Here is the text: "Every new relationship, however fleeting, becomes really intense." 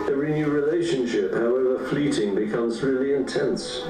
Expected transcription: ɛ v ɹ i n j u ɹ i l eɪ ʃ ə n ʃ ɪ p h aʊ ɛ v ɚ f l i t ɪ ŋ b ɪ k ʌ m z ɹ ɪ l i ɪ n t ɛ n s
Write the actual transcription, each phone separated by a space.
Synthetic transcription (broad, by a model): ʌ ɹ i n j u ɹ i l eɪ ʃ ə n ʃ ɪ p h aʊ ɛ v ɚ f l i t ɪ ŋ b ɪ k ʌ m z ɹ ɪ l i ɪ n t ɛ n s